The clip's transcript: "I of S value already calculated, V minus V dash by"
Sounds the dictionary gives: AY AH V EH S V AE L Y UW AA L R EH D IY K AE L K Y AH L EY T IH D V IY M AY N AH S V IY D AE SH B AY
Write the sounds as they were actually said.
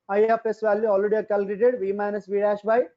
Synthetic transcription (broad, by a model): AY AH P EH S V AE L Y UW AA L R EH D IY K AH L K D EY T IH D V IY M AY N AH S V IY D AE SH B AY